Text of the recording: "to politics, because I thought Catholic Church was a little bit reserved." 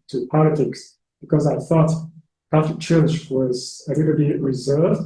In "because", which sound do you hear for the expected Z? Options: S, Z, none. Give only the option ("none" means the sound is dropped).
Z